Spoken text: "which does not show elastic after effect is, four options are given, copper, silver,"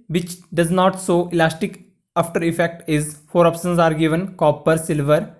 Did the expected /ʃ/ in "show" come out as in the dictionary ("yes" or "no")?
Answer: no